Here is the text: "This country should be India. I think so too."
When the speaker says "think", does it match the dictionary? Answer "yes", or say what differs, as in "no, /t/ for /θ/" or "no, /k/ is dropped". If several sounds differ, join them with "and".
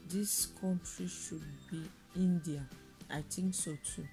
no, /t/ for /θ/